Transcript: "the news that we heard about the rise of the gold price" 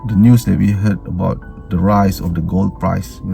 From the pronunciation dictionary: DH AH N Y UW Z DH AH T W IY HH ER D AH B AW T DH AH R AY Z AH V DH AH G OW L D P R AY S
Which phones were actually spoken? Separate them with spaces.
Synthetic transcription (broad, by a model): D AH N Y UW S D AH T W IY HH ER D AH B AW T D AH R AY S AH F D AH G OW L D P R AY S